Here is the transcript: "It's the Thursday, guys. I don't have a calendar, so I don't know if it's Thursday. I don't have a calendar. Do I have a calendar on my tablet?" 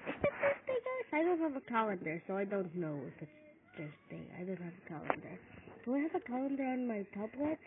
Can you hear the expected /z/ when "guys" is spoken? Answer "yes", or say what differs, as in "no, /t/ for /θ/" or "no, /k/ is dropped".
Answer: no, /s/ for /z/